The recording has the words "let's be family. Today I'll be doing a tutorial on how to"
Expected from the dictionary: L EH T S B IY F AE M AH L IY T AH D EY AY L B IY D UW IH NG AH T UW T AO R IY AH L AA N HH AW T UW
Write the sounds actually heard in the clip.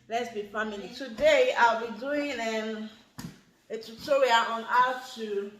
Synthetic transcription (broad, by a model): L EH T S B IY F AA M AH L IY T AH D EY AY L B IY D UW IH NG AH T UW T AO R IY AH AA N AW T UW